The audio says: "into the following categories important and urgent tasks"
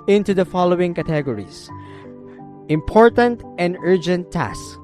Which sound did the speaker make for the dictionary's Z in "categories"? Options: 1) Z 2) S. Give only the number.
2